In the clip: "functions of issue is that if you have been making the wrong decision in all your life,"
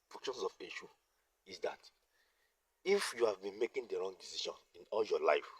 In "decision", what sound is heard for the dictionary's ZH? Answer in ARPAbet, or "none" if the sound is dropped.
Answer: SH